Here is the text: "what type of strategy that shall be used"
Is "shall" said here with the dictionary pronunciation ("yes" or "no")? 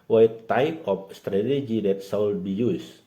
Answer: no